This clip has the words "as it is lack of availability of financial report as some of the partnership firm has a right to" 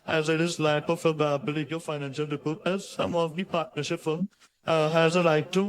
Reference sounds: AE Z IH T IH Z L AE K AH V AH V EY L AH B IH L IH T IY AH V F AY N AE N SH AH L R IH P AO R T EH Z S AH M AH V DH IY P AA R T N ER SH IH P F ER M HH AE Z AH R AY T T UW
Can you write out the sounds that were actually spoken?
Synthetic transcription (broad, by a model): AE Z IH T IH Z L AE AH P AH F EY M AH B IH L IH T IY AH F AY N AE N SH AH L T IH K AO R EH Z S AH M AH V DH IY P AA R T N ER SH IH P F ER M HH AE Z AH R AY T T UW